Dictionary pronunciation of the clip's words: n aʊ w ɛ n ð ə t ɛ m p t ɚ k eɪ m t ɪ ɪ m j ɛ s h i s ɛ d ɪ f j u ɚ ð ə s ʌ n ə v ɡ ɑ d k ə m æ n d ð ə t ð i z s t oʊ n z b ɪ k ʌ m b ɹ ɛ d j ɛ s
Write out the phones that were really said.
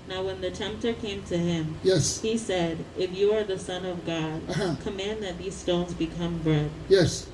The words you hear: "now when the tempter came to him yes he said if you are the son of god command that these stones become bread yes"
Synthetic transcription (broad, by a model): n aʊ w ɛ n ð ə t ɛ m p t ɚ k eɪ m t ɪ ɪ m j ɛ s h i s ɛ d ɪ f j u ɚ ð ə s ʌ n ə v ɡ ɑ d k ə m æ n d ð ə t ð i z s t oʊ n z b ɪ k ʌ m b ɹ ɛ d j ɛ s